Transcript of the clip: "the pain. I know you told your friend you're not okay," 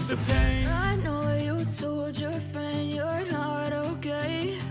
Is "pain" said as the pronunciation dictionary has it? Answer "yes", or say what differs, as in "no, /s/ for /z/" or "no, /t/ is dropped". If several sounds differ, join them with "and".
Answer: no, /n/ is dropped